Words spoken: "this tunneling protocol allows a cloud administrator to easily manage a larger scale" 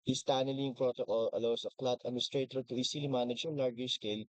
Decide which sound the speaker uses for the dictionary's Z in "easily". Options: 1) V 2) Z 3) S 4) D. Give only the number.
3